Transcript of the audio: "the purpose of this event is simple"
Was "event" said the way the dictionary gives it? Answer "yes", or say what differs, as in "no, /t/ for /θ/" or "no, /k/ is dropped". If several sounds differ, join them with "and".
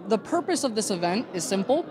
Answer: yes